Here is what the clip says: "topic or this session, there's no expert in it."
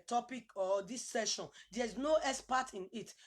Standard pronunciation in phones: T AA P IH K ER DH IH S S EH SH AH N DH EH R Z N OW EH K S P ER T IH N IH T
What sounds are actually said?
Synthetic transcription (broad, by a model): T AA P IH K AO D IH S S EH SH AH N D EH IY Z N OW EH S P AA T IH N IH T